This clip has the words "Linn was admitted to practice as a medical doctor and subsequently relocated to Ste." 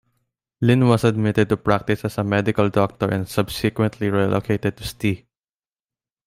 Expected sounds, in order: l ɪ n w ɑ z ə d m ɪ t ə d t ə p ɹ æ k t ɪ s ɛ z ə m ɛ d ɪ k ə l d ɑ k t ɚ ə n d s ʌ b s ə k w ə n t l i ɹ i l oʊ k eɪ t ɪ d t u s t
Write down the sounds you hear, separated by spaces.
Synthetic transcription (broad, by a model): l ɪ n w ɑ s ə d m ɪ t ə d t ə p ɹ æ k t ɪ s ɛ s ə m ɛ d ɪ k ə l d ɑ k t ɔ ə n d s ʌ b s ə k w ə n t l i ɹ i l oʊ k eɪ t ɪ d t u s t